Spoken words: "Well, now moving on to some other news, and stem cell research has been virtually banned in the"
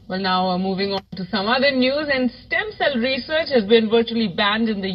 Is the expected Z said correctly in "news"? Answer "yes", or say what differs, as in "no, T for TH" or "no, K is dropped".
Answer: yes